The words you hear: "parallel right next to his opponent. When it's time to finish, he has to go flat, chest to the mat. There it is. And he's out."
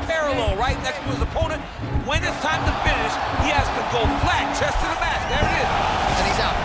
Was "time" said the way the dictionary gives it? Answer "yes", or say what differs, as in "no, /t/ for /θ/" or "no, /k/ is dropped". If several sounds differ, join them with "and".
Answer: yes